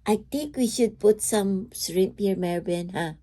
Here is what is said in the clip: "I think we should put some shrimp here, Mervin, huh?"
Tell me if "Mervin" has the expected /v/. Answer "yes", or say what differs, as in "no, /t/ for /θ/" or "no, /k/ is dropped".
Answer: no, /b/ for /v/